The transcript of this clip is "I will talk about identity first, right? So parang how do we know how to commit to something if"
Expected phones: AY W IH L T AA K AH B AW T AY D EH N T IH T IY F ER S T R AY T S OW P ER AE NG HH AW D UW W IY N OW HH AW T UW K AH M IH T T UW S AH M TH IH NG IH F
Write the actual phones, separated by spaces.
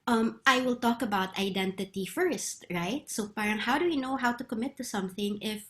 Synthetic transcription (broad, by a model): AY W IH L T AA K AH B AW T AY D EH N T IH T IY F ER S T R AY T S OW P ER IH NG HH AW D UW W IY N OW HH AW T UW K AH M IH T T UW S AH M TH IH NG IH F